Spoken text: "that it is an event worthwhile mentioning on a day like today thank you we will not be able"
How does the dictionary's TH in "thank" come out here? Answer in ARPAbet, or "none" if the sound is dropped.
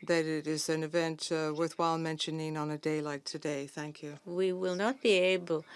TH